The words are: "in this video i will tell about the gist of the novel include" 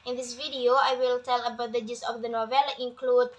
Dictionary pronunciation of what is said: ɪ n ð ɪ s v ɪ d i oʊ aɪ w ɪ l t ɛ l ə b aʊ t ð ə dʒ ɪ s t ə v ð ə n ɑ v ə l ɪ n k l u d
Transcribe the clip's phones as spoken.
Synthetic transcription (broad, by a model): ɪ n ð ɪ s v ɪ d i oʊ aɪ w ɪ l t ɛ l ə b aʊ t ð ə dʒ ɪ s ə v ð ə n ɑ v ə l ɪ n k l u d